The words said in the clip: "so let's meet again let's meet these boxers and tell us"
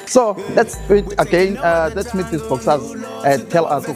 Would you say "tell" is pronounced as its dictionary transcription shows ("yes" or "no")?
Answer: yes